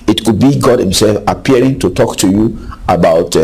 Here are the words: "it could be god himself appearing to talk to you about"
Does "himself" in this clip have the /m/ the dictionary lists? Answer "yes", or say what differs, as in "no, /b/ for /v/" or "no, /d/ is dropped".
yes